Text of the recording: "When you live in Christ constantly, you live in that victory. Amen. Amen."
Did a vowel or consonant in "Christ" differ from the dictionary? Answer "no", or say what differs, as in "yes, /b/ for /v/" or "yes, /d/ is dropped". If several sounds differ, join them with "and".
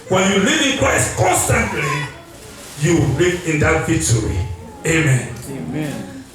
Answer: yes, /w/ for /ɹ/